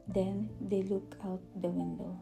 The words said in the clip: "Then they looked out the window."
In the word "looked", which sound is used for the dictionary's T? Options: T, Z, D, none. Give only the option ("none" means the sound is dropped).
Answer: none